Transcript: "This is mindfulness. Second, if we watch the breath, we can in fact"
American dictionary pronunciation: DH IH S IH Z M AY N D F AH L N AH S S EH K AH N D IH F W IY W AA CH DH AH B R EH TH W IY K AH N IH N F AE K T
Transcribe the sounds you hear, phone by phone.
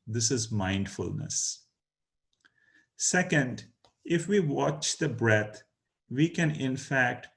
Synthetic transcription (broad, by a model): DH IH S IH Z M AY N D F AH L N AH S S EH K AH N D IH F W IY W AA CH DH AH B R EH T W IY K AH N IH N F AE K T